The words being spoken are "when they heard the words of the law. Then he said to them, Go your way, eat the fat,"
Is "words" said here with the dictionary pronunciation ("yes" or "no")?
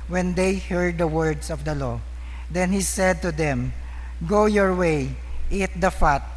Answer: no